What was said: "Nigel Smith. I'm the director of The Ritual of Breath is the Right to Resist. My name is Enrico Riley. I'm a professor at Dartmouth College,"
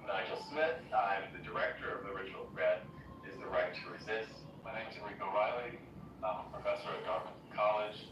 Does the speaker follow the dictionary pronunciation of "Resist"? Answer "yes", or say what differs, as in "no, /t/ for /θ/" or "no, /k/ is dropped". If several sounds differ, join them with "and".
yes